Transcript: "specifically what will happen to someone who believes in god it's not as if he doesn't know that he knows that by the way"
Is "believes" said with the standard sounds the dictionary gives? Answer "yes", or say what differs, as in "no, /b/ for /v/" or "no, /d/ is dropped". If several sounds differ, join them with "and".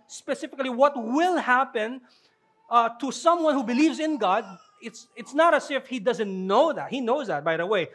yes